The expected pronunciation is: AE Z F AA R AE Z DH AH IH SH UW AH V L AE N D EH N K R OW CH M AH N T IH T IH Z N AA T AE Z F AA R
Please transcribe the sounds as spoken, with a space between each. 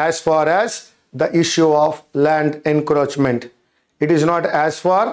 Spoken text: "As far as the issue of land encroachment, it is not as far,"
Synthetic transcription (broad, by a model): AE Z F AA R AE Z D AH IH SH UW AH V L AE N D EH N K R OW CH M AH N T IH T IH Z N AA T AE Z F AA R